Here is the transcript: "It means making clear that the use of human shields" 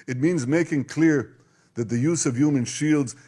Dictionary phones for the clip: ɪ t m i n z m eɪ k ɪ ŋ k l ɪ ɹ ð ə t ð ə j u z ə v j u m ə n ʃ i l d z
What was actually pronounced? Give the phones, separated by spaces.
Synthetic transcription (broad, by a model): ɪ t m i n z m eɪ k ɪ ŋ k l ɪ ɹ ð ə t ð ə j u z ə v j u m ə n ʃ i l d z